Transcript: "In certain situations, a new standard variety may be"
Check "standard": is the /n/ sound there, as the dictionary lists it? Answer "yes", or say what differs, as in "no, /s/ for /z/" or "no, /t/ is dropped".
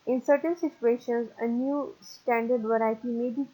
yes